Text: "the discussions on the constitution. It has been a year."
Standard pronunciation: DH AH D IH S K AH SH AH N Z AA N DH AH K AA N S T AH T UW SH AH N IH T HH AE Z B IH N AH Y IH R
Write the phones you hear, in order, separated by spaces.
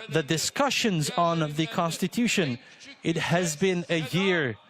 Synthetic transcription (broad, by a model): DH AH D IH S K AH SH AH N Z N DH AH K AA N S T AH T UW SH AH N IH T HH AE Z B IH N AH Y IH R